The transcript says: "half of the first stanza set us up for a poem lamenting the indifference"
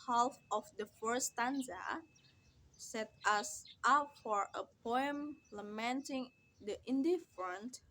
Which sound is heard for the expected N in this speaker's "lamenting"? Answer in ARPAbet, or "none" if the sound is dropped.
N